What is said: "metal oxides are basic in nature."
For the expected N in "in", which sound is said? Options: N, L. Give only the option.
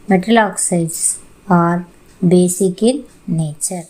L